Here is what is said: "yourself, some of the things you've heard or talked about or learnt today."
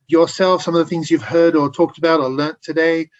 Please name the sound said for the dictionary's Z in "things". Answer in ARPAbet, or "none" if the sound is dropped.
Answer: Z